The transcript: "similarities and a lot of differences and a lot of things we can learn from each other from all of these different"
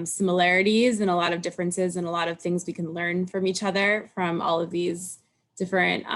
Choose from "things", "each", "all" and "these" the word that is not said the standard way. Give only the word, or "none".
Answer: none